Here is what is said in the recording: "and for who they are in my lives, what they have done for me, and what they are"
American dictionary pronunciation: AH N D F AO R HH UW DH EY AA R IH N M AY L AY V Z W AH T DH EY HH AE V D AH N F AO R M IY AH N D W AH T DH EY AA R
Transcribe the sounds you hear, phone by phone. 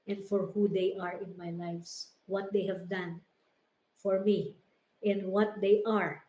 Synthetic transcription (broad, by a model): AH N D F AO R HH UW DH EY AA R IH N M AY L AY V S W AH T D EY HH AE V D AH N F AO R M IY AH N D W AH T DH EY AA R